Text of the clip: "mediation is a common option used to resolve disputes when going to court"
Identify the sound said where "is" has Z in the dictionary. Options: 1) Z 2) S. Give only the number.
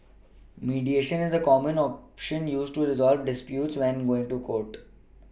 1